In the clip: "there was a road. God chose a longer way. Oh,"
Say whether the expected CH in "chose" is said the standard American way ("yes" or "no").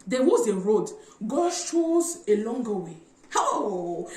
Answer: no